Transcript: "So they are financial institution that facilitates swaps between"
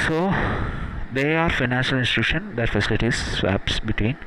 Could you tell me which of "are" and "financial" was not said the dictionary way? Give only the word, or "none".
none